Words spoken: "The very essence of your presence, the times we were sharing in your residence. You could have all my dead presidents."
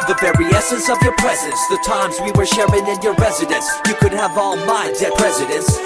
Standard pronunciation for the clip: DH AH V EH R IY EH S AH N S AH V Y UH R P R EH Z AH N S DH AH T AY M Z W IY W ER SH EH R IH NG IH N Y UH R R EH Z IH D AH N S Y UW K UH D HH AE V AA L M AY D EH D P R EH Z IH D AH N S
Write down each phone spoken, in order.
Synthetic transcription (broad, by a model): DH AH V EH R IY EH S AH N S AH V Y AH R P R EH Z AH N S DH AH T AY M Z W IY W ER SH EH R IH NG IH N Y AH R R EH Z IH D AH N S Y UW K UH D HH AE V AA L M AY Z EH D R EH Z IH D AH N S